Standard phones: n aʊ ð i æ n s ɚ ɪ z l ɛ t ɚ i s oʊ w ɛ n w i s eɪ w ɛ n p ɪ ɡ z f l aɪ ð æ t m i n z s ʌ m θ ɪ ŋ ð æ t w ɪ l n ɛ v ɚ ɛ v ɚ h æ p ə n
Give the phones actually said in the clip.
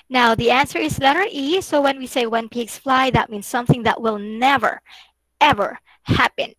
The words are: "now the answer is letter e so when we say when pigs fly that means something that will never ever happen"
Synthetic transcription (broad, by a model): n aʊ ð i æ n s ɚ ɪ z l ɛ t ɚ i s oʊ w ɛ n w i s eɪ w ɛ n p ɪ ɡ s f l aɪ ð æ t m i n s ʌ m θ ɪ ŋ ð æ t w ɪ l n ɛ v ɚ ɛ v ɚ h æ p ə n